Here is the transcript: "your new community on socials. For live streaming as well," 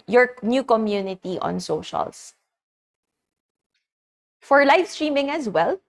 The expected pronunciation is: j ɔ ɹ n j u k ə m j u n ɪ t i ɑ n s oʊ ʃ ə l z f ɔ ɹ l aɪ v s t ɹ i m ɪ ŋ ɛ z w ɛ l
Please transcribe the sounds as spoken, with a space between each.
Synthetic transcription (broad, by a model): j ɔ ɹ n j u k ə m j u n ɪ t i ɑ n s oʊ ʃ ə l s f ɔ ɹ l aɪ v s t ɹ i m ɪ ŋ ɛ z w ɛ l